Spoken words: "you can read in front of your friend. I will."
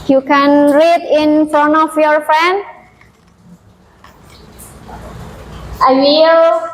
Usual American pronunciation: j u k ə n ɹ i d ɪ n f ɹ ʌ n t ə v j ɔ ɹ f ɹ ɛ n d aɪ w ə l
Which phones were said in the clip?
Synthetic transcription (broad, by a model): j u k ə n ɹ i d ɪ n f ɹ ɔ n ə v j ɔ ɹ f ɹ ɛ n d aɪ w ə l